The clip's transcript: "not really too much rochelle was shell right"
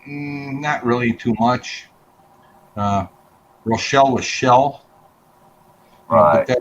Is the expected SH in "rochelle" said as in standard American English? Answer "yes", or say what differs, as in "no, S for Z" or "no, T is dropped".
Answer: yes